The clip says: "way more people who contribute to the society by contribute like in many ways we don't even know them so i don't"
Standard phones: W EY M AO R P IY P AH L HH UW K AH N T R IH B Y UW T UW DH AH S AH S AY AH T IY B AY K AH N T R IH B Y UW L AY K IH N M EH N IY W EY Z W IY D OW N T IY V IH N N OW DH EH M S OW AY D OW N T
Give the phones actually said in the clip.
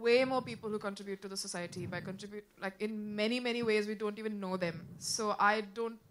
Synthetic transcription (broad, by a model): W EY M AO R P IY P AH L HH UW K AH N T R IH B Y UW T UW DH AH S AH S AY AH T IY B AY K AH N T R IH B Y UW L AY K IH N M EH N IY W EY Z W IY D OW N T IY V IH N N OW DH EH M S OW AY D OW N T